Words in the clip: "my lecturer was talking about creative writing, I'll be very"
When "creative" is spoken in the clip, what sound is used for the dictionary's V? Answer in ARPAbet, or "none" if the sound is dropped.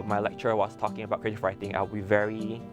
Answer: F